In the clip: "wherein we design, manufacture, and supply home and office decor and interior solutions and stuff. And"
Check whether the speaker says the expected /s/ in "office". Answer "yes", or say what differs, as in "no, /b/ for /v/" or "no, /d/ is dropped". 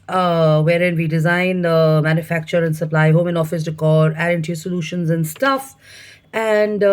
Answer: yes